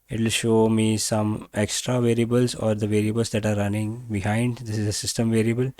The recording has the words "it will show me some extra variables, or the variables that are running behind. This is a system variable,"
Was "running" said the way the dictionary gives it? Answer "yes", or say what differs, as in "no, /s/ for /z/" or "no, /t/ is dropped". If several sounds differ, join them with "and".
yes